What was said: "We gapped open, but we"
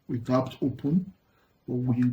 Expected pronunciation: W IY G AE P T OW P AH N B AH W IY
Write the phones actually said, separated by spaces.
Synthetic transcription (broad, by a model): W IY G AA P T OW P AH N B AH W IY